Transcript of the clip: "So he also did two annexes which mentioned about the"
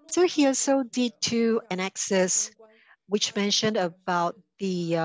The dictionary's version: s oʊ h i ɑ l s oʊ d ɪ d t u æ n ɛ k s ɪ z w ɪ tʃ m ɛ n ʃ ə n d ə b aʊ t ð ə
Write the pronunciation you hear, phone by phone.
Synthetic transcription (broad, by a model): s oʊ h i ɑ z s oʊ d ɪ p t u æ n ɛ k s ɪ s w ɪ tʃ m ɛ n ʃ ə n d ə b aʊ t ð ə